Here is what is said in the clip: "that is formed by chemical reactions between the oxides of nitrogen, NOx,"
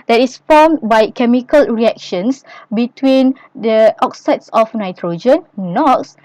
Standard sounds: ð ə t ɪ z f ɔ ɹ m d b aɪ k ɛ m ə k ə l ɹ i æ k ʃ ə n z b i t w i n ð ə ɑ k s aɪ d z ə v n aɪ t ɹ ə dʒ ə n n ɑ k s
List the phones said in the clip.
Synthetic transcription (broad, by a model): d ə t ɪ s f ɔ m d b aɪ k ɛ m ə k ə l ɹ i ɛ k ʃ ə n s b i t w i n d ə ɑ k s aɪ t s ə f n aɪ t ɹ ə dʒ ə n n ɑ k s